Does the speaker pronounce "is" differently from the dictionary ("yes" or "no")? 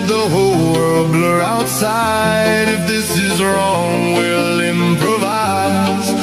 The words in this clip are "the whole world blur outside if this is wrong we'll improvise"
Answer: no